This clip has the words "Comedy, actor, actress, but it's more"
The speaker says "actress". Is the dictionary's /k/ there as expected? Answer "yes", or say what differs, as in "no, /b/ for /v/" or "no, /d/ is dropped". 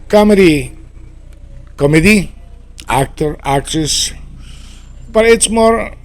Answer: yes